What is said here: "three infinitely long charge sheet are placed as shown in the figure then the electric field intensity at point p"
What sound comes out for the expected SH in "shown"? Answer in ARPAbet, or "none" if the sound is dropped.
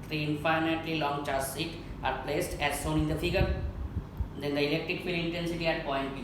S